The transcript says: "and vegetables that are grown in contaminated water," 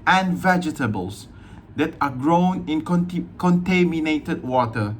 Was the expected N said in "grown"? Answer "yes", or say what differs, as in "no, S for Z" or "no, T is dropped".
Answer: yes